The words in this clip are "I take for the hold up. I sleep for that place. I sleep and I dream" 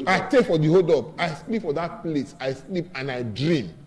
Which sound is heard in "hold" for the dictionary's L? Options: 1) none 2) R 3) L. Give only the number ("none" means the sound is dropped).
1